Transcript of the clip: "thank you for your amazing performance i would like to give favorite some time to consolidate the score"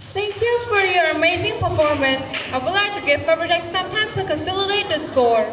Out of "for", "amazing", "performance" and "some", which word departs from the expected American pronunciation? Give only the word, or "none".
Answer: none